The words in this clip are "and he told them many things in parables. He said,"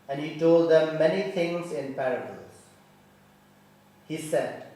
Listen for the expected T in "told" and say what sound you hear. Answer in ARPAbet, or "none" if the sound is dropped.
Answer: T